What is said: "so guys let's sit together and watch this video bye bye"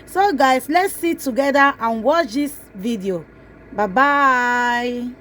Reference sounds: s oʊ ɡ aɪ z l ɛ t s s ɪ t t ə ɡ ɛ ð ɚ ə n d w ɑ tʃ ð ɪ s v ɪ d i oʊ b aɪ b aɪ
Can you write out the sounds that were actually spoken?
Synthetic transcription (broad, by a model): s oʊ ɡ aɪ s l ɛ t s s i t t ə ɡ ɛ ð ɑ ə n w ɑ tʃ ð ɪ s v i d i oʊ b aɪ b aɪ